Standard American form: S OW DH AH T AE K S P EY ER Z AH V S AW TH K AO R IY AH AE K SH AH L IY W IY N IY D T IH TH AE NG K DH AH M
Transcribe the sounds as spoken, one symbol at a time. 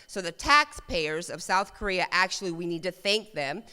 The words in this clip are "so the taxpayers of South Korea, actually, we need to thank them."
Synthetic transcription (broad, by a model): S OW DH AH T AE K S P EY ER Z AH V S AW TH K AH R IY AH AE K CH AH L IY W IY N IY D T IH TH AE NG K DH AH M